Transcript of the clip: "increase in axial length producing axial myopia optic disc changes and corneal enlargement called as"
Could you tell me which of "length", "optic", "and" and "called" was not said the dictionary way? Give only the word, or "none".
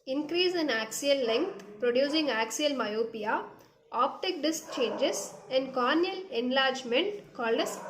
length